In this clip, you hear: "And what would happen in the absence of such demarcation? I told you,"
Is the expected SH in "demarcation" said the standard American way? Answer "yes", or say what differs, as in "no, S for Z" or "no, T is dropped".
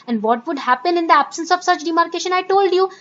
yes